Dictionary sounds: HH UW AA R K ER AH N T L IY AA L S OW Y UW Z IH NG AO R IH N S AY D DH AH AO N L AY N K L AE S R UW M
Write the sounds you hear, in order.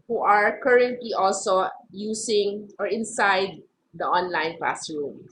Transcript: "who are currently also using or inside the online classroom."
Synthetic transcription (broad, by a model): HH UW AA R K ER AH N T L IY AA L S OW Y UW S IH NG AO R IH N S AY D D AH AO N L AY N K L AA S R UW M